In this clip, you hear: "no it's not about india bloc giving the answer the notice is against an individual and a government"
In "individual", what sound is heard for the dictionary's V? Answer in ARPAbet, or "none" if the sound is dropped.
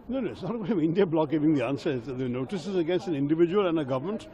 V